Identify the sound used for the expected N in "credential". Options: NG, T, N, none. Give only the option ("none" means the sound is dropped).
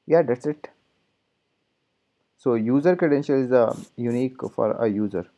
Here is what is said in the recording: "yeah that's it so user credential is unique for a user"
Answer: N